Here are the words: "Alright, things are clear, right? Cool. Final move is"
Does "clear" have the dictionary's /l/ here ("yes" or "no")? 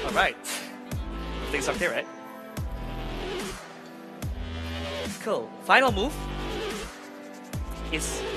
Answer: no